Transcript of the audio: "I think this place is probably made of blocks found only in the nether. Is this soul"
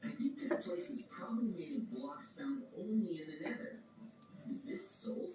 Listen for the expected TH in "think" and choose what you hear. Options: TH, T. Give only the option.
TH